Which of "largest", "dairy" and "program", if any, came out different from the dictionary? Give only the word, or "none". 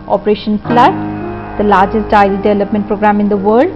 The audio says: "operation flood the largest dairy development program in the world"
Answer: dairy